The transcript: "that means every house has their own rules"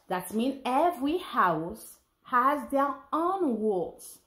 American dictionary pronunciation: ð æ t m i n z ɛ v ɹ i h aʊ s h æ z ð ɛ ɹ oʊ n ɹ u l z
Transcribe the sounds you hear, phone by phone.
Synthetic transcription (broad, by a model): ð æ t m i n ɛ v ɹ i h aʊ s h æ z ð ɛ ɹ oʊ n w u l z